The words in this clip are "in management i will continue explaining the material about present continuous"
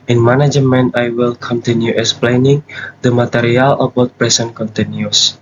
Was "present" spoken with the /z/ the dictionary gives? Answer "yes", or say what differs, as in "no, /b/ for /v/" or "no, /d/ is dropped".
no, /s/ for /z/